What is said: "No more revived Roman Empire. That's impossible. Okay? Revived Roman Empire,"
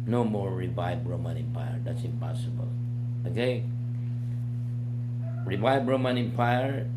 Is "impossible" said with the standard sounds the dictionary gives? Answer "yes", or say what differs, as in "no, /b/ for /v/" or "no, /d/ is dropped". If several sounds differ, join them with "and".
yes